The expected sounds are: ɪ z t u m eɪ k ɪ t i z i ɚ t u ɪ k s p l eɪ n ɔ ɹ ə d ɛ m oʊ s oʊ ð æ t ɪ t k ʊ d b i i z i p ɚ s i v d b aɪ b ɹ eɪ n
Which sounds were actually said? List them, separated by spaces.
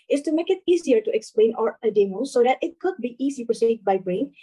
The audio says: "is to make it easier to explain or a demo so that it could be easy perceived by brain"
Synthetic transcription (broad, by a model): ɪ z t u m eɪ k ɪ t i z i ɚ t u ɪ k s p l eɪ n ɔ ɹ ə d ɛ m oʊ s oʊ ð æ t ɪ t k ʊ d b i i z i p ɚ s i d b aɪ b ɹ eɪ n